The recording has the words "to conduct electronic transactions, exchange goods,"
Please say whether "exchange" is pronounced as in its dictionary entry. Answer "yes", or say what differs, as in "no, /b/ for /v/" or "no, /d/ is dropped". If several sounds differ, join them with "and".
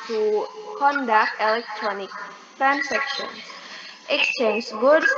yes